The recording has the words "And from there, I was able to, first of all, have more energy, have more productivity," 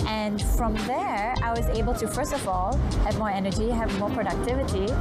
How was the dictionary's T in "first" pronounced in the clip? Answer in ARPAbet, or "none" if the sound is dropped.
T